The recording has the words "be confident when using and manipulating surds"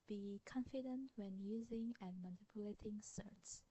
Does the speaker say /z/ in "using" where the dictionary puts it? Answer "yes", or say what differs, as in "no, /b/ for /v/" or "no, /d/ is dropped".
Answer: yes